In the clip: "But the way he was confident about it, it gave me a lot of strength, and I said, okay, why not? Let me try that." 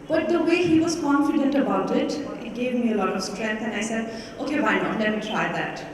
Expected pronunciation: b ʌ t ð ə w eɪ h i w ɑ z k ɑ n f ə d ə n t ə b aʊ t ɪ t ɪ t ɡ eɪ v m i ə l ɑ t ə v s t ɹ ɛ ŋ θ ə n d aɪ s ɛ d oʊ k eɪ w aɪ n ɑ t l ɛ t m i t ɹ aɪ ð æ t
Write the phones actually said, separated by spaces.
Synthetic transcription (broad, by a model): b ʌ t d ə w eɪ h i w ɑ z k ɑ n f ə d ə n t ə b aʊ t ɪ t ɪ t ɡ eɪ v m i ə l ɑ t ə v s t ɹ ɛ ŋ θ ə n aɪ s ɛ d oʊ k eɪ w aɪ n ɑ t l ɛ t m i t ɹ aɪ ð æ t